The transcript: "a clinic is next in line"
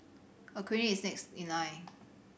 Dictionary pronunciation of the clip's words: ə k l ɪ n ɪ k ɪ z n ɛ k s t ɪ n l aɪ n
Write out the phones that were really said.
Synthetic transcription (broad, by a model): ə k ɪ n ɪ ɪ s n ɛ k s t ɪ n l aɪ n